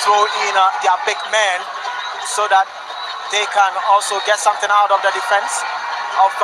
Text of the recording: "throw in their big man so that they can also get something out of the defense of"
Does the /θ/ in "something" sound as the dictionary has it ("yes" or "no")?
no